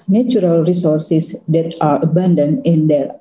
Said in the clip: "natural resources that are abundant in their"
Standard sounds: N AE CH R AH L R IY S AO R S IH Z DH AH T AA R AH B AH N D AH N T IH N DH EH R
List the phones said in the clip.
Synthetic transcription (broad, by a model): N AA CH R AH L R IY S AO R S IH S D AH T AA R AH B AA N D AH N IH N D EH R